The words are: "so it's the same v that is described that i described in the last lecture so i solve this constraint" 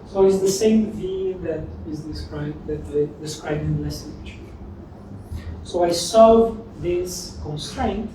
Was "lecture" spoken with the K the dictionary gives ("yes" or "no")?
no